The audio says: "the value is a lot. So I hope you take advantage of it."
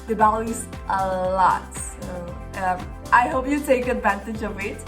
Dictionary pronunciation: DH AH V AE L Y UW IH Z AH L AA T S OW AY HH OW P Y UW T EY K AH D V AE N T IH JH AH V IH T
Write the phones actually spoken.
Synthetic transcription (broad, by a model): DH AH B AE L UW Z AH L AA T S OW AY HH OW P Y UW T EY K AH D V AE N T IH JH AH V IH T